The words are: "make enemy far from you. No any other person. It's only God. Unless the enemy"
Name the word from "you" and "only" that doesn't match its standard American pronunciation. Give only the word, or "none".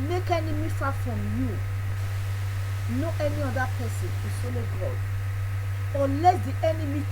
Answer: only